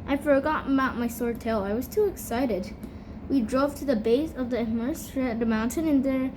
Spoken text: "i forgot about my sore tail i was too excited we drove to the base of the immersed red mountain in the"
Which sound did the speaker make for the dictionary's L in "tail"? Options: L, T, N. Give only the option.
L